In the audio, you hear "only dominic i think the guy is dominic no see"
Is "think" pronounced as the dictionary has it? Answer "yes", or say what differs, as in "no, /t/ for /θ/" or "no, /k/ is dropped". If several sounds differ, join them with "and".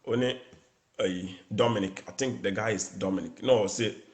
no, /t/ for /θ/